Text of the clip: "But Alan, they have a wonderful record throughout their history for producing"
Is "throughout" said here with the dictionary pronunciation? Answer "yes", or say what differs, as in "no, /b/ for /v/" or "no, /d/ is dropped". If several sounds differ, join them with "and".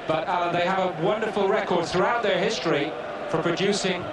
yes